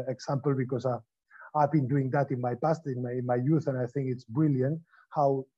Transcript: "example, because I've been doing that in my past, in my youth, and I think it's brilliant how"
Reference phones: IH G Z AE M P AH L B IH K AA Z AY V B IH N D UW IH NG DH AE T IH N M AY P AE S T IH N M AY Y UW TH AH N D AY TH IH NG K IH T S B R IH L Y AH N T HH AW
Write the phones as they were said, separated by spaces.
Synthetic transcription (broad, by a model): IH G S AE M P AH L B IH K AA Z AY V B IH N D UW IH NG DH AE T IH N M AY P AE S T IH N M AY Y UW TH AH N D AY TH IH NG K IH T S B R IH L Y AH N T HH AW